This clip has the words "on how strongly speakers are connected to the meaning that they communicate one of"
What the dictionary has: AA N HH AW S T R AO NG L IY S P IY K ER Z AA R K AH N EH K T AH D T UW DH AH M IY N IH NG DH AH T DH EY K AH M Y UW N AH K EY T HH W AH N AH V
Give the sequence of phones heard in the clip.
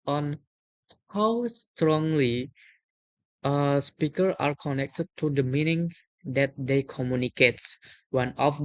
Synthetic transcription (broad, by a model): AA N HH AW S T R AO NG L IY S P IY K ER AA R K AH N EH K T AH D T UW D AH M IY N IH NG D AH T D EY K AH M Y UW N AH K EY T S W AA N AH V